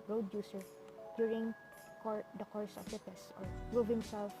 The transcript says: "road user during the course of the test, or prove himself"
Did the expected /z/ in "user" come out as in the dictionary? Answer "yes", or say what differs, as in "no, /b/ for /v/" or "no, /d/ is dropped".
no, /s/ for /z/